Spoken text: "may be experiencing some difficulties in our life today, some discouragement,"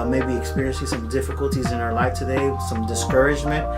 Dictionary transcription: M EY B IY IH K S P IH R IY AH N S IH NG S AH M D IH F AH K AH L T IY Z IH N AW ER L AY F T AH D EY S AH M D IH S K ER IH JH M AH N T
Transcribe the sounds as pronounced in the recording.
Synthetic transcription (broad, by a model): M EY B IY IH K S P IH R IY AH N S IH NG S AH M D IH F AH K AH L T IY Z IH N AW ER L AY F T AH D EY S AH M D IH S K ER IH JH M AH N T